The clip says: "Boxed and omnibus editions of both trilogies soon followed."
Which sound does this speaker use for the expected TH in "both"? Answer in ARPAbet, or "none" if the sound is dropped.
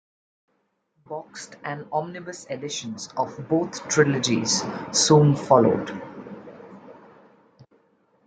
T